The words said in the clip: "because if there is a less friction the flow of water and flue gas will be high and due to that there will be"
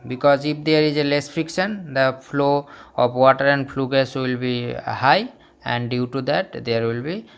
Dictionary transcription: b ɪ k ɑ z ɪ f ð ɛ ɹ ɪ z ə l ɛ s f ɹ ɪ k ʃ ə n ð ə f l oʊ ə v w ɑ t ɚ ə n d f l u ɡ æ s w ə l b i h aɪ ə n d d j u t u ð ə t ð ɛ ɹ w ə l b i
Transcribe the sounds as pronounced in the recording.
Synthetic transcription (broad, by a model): b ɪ k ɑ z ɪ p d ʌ ɹ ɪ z ə l ɛ s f ɹ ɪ k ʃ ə n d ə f l oʊ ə p w ɑ t ɚ ə n d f l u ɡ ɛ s w ə l b i h aɪ ə n d d j u t u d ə t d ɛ ɹ w ə l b i